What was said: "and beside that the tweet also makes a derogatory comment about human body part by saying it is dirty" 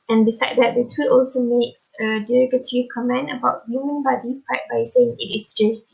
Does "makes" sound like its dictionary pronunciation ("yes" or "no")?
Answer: yes